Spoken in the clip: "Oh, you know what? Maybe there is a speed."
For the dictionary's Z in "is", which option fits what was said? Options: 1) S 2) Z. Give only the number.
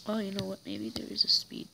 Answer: 2